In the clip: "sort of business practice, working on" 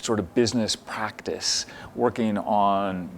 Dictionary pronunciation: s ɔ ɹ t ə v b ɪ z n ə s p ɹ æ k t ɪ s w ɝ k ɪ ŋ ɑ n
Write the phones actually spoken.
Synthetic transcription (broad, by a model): s ɔ ɹ t ə v b ɪ z n ə s p ɹ æ k t ɪ s w ɝ k ɪ ŋ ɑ n